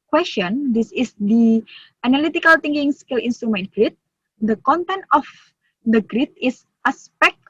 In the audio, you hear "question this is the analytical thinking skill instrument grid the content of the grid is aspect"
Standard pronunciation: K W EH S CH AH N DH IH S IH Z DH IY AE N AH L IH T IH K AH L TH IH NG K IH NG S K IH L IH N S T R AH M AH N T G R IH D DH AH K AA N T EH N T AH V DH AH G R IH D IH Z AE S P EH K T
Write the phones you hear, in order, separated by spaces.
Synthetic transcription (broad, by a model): K W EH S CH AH N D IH S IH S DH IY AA N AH L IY T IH K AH L T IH NG K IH NG S K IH L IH N S T R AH M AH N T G R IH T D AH K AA N T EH N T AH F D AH G R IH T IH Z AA S P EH K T